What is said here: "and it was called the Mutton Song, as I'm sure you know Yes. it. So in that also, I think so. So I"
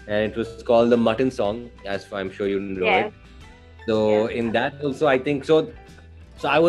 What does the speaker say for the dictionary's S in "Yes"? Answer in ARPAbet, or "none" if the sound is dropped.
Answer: none